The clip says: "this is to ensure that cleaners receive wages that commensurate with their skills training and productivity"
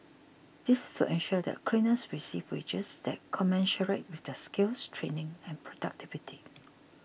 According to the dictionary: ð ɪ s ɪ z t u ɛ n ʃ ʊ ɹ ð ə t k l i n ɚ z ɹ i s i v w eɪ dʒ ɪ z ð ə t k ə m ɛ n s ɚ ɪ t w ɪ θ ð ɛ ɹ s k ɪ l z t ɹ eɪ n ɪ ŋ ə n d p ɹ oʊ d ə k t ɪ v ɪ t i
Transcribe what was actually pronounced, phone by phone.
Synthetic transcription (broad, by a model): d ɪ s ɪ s t u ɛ n ʃ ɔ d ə t k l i n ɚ s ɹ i s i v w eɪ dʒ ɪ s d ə t k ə m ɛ n ʃ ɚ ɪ t w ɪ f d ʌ s k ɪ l s t ɹ eɪ n ɪ ŋ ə n p ɹ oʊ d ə k t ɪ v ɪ t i